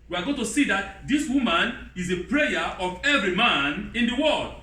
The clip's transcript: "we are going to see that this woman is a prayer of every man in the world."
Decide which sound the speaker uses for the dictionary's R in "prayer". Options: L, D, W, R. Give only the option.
R